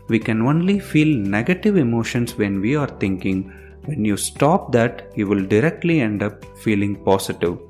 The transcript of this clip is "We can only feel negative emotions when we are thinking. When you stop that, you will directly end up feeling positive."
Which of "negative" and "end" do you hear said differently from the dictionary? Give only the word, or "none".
none